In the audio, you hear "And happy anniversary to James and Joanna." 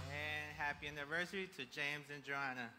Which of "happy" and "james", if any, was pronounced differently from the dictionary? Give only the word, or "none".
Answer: none